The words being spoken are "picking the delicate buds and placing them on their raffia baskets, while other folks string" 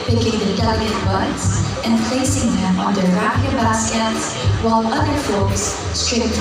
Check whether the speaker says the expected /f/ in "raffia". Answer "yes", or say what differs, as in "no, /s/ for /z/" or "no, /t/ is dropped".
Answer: no, /p/ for /f/